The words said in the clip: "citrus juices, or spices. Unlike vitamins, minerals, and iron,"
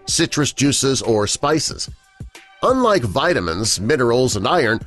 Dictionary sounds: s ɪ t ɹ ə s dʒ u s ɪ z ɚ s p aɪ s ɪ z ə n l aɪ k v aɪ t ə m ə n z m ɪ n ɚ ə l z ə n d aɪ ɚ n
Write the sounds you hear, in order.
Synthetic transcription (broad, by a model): s ɪ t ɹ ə s dʒ u s ɪ z ɚ s p aɪ s ɪ z ə n l aɪ k v aɪ t ə m ə n z m ɪ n ɚ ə l z ə n d aɪ ɚ n